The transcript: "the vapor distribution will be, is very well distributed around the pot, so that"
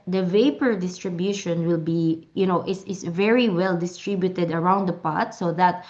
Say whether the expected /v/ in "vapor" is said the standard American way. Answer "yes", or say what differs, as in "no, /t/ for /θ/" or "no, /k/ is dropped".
yes